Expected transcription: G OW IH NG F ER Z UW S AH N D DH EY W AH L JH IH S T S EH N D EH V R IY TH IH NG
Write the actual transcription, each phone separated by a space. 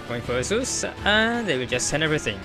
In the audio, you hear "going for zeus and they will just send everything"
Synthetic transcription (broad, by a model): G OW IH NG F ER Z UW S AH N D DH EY W AH L JH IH S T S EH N EH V R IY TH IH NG